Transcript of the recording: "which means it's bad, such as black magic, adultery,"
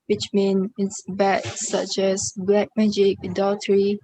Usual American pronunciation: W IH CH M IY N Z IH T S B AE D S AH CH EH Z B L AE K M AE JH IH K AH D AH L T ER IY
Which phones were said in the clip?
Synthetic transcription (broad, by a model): W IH CH M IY N IH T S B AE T S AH CH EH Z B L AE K M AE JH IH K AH D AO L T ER IY